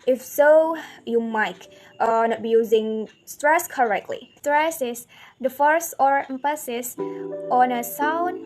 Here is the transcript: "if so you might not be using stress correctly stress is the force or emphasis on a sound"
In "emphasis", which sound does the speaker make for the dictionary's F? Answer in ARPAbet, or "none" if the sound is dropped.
P